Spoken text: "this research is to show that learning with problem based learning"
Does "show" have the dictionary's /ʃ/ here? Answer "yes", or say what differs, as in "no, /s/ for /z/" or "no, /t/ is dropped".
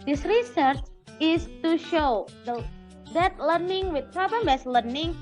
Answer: yes